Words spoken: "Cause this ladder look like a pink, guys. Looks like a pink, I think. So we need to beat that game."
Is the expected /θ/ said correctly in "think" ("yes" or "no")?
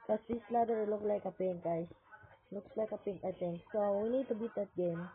no